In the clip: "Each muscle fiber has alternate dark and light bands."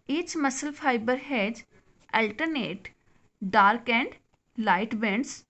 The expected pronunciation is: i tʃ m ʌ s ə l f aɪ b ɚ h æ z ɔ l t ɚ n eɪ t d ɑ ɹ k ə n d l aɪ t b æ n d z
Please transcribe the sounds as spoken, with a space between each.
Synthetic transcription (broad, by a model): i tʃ m ʌ s ə l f aɪ b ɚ h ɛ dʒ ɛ l t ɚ n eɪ t d ɑ ɹ k ə n d l aɪ t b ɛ n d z